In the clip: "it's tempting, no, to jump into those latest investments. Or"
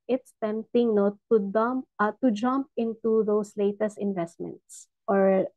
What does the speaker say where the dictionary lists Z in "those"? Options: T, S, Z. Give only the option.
S